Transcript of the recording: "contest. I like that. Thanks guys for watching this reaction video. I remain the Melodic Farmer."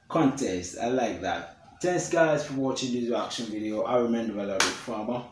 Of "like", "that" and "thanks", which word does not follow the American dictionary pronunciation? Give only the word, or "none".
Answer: thanks